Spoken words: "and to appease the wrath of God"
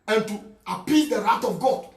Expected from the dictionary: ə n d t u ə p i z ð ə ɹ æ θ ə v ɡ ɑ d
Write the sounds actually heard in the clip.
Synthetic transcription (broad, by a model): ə n t u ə p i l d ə ɹ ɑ t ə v ɡ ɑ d